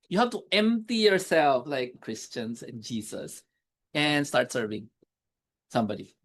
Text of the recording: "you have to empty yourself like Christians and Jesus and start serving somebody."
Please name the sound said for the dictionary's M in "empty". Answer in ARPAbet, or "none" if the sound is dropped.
M